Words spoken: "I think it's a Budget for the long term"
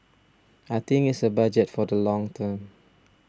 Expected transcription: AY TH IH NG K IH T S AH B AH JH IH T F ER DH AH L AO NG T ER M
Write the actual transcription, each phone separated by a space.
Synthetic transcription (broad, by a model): AY T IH NG IH T S AH B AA JH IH T F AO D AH L AO NG T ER M